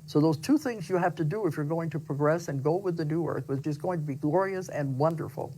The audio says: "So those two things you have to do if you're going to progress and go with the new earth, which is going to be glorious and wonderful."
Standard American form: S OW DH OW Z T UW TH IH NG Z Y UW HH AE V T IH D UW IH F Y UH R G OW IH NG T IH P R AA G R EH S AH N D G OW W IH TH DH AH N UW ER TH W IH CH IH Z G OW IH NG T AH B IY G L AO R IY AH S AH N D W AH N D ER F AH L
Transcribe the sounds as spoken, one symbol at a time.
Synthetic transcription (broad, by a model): S OW DH OW Z T UW TH IH NG Z Y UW HH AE F T IH D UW IH F Y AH R G OW IH NG T IH P R AA G R EH S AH N G OW W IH DH AH N UW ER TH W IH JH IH S G OW IH NG T AH B IY G L AO R IY AH S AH N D W AH N D ER F L